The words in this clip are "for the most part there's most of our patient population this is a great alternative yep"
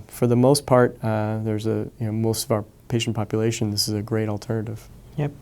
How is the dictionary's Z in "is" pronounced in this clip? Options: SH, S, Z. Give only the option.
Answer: Z